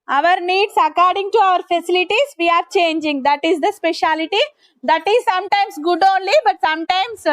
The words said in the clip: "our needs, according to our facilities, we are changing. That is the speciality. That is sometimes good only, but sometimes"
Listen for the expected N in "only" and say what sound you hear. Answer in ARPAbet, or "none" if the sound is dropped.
N